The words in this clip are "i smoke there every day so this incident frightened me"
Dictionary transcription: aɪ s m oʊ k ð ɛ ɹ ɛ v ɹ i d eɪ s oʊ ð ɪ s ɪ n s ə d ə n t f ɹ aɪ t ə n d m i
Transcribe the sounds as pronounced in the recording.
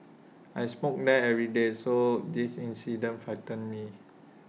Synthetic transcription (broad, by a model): aɪ s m oʊ k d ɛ ɛ v ɹ i d eɪ s oʊ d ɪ s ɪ n s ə d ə n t f aɪ t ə n m i